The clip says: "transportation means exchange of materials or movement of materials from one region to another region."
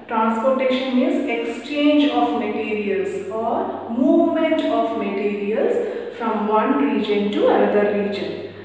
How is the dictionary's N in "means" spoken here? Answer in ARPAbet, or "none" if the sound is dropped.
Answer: none